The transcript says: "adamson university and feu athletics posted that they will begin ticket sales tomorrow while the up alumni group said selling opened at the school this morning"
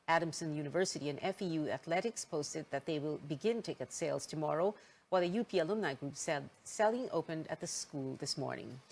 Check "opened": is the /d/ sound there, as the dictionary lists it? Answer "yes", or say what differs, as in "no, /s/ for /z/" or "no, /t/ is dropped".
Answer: yes